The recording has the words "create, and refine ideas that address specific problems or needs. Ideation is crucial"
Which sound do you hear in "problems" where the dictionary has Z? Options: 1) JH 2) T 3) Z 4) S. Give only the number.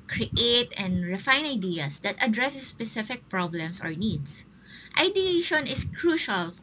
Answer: 4